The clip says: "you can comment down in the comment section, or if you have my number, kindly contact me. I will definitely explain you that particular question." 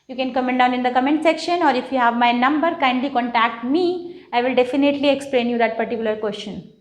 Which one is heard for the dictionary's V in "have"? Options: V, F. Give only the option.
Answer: V